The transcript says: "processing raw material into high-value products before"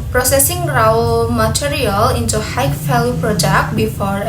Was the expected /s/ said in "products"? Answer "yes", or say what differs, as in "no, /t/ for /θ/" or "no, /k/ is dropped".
no, /s/ is dropped